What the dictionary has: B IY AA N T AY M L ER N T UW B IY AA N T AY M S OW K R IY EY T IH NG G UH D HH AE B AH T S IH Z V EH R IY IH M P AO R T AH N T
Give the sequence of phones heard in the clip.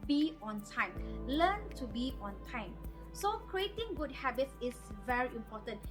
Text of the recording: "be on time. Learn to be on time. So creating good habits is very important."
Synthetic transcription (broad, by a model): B IY AA N T AY M L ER N T UW B IY AA N T AY M S OW K R IY EY T IH NG G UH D HH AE B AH T S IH S V EH R IY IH M P AO T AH N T